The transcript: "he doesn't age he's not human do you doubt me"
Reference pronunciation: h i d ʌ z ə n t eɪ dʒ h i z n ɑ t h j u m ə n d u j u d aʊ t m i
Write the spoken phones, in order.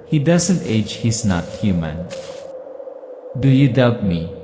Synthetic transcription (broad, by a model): h i d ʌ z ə n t eɪ dʒ h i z n ɑ t h j u m ə n d u j u d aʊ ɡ m i